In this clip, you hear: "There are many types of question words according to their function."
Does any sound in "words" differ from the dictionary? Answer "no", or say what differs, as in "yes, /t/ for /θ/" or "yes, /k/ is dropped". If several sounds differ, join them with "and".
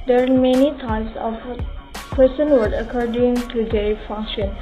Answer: yes, /z/ is dropped